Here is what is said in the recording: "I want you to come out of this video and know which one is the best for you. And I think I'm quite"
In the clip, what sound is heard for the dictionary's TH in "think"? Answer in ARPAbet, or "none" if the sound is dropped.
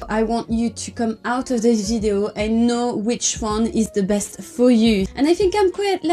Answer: TH